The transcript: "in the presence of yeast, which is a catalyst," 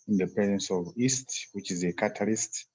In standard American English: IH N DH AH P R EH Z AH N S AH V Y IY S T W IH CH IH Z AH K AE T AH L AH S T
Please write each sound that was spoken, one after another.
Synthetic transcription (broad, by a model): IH N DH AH P EH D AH N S AH V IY S T W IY CH IH Z AH K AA T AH L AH S T